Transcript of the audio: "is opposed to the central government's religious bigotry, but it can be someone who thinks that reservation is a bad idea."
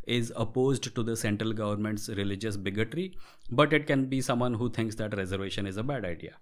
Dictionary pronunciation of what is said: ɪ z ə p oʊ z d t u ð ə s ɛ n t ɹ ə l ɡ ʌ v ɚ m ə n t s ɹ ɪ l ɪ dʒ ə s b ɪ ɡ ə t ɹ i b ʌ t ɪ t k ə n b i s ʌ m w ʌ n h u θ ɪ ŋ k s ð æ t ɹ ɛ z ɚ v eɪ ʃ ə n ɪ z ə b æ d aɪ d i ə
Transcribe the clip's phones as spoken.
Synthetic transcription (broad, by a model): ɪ z ə p oʊ z d t u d ə s ɛ n t ɹ ə l ɡ ʌ v ɚ m ə n t s ɹ ɪ l ɪ dʒ ə s b ɪ ɡ ə t ɹ i b ʌ t ɪ t k ə n b i s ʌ m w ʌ n h u t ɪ ŋ k s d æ t ɹ ɛ z ɚ v eɪ ʃ ə n ɪ z ə b æ d aɪ d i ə